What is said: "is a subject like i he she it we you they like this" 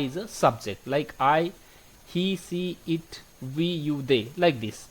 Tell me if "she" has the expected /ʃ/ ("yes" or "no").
no